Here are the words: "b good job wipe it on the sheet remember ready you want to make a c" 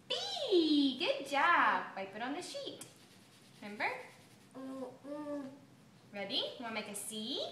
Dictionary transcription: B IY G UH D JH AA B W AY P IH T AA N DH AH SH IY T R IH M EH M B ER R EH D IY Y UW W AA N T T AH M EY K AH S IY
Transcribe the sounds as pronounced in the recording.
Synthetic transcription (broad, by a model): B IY G UH D JH AA B W AY P IH T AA N DH AH SH IY T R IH M EH M B ER R EH D IY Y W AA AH M EY K AH S IY